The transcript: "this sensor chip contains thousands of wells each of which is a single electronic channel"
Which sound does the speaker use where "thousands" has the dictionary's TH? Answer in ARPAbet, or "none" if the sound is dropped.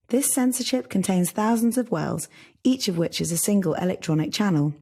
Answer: TH